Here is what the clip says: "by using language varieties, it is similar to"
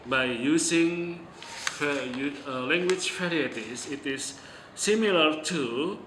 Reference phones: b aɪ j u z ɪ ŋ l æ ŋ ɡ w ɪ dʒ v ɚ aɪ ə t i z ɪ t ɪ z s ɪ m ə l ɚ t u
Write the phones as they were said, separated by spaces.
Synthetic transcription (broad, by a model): b aɪ j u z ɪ ŋ l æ ŋ ɡ w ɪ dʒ f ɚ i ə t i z ɪ t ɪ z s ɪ m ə l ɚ t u